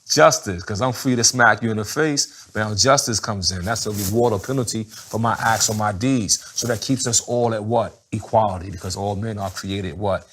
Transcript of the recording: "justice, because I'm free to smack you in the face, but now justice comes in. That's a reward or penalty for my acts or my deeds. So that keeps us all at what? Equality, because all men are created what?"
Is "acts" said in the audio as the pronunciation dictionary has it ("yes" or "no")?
yes